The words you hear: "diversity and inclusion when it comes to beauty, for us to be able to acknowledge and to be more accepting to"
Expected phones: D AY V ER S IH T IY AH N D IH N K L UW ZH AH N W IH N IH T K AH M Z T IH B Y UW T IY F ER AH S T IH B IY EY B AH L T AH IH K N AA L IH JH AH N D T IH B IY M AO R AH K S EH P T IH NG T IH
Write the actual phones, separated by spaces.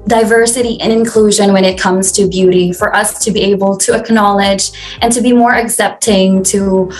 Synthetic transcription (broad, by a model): D AY V ER S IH T IY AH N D IH N K L UW ZH AH N W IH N IH T K AH M Z T IH B Y UW T IY F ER AH S T IH B IY EY B L T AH IH K N AA L IH JH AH N T IH B IY M AO R AH K S EH P T IH NG T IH